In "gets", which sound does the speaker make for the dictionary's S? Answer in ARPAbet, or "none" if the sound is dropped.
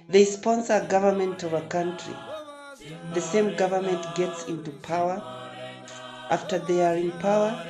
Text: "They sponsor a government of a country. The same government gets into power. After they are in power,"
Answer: S